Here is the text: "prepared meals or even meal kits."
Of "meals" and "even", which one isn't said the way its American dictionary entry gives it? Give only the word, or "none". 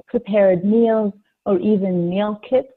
none